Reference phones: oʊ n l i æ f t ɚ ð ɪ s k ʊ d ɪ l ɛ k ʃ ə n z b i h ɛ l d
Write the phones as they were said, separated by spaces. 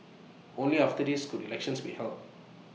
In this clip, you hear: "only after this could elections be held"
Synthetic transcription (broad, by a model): oʊ n l i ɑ f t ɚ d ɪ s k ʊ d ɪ l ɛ k ʃ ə n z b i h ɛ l